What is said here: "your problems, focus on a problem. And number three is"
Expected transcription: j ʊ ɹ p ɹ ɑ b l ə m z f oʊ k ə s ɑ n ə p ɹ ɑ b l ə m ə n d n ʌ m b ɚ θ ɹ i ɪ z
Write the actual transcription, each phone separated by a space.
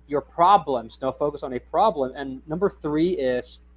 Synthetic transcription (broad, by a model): j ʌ ɹ p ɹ ɑ b l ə m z f oʊ k ə s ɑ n ə p ɹ ɑ b l ə m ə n n ʌ m b ɚ θ ɹ i ɪ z